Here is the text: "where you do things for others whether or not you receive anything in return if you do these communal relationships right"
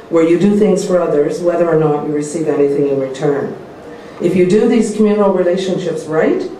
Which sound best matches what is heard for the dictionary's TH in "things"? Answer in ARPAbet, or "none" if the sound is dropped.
TH